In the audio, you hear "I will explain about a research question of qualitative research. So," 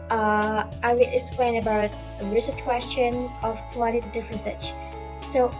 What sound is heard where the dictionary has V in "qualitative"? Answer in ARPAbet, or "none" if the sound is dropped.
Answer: F